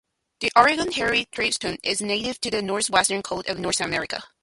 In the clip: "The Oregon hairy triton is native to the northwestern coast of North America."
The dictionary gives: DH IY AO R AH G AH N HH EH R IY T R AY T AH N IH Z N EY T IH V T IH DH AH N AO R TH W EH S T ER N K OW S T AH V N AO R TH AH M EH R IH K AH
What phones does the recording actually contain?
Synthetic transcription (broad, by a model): DH IY AO R AH G AH N HH EH R IY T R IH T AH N IH Z N EY T IH V T IH DH AH N AO R TH W EH S T ER N K OW T AH V N AO R TH AH M EH R IH K AH